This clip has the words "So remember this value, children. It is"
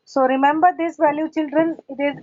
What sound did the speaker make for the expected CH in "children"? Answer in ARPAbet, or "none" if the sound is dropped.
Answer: CH